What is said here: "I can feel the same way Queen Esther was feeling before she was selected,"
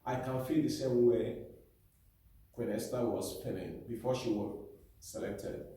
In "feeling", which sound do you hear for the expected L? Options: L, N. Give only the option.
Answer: N